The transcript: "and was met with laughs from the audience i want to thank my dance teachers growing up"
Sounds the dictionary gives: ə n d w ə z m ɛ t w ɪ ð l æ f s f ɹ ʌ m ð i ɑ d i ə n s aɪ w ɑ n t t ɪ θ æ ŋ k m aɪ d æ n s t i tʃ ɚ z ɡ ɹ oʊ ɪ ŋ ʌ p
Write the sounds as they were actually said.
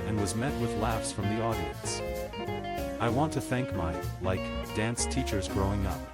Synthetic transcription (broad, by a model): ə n w ə z m ɛ t w ɪ ð l æ f s f ɹ ʌ m ð i ɑ d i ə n s aɪ w ɑ n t t ɪ θ æ ŋ k m aɪ d æ n s t i tʃ ɚ z ɡ ɹ oʊ ɪ ŋ ʌ p